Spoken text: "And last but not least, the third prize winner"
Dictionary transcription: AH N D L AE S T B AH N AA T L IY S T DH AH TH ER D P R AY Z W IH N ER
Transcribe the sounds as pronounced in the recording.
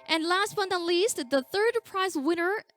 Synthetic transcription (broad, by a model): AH N L AE S T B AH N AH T L IY S T DH AH TH ER D P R AY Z W IH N ER